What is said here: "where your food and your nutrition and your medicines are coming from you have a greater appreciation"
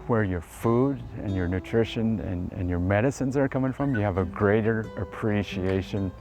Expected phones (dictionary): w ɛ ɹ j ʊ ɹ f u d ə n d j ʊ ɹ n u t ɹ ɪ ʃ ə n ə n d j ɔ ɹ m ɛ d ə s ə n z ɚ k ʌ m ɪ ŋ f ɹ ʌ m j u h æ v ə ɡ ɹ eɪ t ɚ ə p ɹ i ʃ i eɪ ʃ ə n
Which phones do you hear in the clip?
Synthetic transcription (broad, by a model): w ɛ ɹ j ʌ ɹ f u d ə n j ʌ ɹ n u t ɹ ɪ ʃ ə n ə n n j ɔ ɹ m ɛ d ə s ə n z ɚ k ʌ m ɪ ŋ f ɹ ʌ m j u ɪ v ə ɡ ɹ eɪ t ɚ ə p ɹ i ʃ i eɪ ʃ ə n